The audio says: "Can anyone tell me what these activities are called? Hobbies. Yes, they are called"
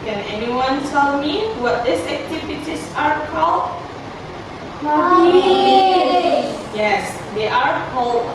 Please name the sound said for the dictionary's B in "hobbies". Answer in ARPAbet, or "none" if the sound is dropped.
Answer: none